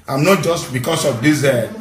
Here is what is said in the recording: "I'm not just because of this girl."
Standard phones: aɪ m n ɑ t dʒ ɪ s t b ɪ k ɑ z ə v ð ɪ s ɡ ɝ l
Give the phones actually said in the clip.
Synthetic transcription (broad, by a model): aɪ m n ɑ t dʒ ɪ s t b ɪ k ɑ s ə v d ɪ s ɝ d